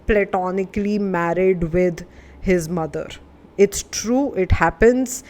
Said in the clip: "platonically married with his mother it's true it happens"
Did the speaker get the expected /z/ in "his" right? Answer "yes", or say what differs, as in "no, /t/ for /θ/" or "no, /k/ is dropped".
yes